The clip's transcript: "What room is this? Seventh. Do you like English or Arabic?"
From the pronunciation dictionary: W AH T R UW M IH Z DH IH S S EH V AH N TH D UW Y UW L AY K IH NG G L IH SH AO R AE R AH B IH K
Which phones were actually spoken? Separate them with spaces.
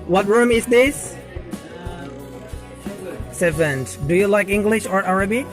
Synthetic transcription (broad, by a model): W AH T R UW M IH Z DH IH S S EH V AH N T D UW Y UW L AY K IH NG G L IH SH AO R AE R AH B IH